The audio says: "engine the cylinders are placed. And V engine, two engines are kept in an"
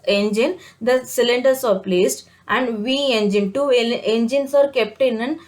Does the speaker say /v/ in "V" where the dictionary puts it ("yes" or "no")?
yes